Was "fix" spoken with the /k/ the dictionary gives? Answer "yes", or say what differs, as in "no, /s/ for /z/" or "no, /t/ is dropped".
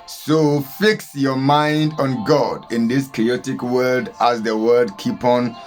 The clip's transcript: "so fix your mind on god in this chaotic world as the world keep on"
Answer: yes